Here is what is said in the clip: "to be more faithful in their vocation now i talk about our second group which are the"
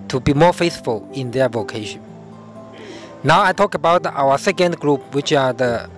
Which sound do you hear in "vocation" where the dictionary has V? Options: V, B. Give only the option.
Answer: V